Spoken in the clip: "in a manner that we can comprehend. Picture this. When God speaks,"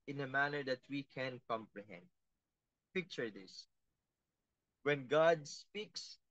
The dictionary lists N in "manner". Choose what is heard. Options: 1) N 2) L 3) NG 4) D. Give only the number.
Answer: 1